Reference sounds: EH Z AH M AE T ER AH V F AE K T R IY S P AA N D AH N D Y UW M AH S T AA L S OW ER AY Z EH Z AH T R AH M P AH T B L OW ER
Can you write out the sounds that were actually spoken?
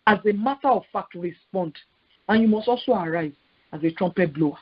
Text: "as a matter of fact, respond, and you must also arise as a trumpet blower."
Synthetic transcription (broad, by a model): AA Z AH M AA T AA AH V F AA K T R IY S P AA N D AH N Y UW M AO S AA S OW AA AY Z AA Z AH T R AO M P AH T B L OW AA